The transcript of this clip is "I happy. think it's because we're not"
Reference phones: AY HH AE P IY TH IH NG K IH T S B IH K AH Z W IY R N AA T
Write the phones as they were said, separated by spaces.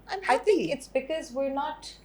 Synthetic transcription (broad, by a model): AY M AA IY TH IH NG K IH T S B IH K AH Z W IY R N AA T